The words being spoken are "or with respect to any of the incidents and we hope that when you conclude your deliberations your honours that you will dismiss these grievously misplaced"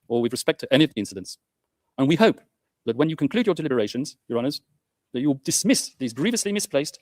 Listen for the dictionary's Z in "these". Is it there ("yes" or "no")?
yes